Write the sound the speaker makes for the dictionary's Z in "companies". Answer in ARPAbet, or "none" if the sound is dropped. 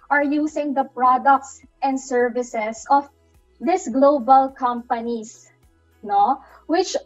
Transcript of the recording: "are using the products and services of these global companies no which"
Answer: S